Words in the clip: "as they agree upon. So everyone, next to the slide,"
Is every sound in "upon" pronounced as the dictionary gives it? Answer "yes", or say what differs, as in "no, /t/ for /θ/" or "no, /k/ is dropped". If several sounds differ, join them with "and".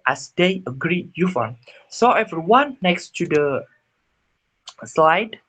no, /f/ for /p/